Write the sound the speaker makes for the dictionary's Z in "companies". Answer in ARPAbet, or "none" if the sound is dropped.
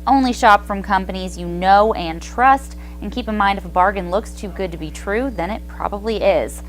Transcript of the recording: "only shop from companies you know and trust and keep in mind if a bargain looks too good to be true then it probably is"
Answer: Z